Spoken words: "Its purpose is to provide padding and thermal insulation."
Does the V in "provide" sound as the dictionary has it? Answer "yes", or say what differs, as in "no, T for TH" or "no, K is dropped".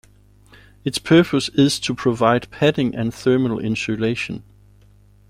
yes